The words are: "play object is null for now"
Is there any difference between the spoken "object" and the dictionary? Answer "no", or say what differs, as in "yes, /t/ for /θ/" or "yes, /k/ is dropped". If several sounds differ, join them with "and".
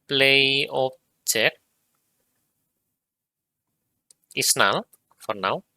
yes, /t/ is dropped